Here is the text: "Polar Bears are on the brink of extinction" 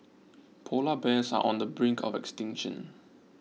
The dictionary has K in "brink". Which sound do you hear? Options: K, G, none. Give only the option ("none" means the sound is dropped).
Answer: K